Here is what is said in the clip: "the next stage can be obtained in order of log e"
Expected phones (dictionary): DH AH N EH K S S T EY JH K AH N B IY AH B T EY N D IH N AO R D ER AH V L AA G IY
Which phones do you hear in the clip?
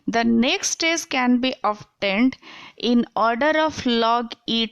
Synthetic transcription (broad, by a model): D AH N EH K S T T EY Z K AH N B IY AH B T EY N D IH N AO R D ER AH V L AA G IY